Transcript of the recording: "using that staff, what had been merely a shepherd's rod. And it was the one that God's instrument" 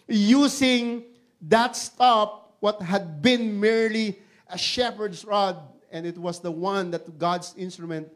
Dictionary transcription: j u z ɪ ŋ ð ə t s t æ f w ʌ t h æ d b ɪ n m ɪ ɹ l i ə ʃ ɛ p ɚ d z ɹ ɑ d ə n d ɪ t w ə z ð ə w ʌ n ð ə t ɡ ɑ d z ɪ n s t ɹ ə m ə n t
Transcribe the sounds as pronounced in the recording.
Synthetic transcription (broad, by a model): j u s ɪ ŋ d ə t s t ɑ p w ʌ t h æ d b ɪ n m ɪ ɹ l i ə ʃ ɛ p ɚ d s ɹ ɑ d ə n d ɪ t w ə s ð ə w ʌ n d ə t ɡ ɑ d s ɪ n s t ɹ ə m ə n t